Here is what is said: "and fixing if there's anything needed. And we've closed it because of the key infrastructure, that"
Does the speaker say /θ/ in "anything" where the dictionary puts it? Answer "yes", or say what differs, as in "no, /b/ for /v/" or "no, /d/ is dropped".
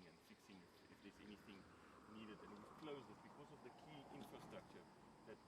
yes